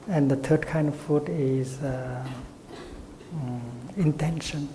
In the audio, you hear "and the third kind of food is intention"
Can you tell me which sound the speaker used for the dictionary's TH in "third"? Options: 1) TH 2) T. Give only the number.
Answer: 2